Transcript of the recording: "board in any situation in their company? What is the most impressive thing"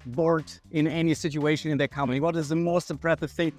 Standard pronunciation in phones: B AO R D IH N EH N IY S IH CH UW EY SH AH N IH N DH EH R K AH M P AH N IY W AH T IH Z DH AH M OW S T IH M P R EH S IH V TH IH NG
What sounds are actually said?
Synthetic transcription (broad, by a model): B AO R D IH N EH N IY S IH CH UW EY SH AH N IH N DH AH R K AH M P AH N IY W AH T IH Z DH AH M OW S T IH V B R EH TH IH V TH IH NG